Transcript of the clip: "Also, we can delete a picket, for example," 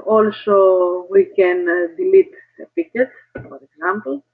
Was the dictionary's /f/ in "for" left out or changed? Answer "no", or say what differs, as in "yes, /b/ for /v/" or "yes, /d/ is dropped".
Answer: yes, /p/ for /f/